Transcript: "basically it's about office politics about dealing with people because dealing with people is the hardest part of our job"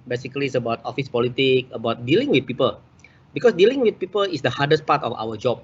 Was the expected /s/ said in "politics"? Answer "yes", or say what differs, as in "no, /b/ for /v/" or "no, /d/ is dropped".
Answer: no, /s/ is dropped